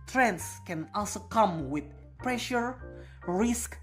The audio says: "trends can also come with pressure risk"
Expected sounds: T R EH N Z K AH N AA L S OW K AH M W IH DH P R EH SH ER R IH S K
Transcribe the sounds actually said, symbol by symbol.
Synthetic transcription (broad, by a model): T R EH N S K AH N AA L S OW K AH M W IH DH P R EH SH ER R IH S K